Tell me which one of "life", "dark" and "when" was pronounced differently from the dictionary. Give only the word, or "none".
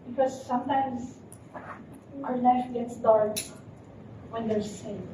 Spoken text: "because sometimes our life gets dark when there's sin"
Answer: life